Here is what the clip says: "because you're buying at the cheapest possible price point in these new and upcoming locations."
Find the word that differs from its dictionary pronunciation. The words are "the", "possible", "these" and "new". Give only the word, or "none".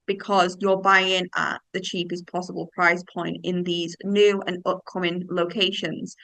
none